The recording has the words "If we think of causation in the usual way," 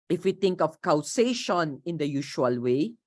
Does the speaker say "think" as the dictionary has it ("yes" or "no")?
no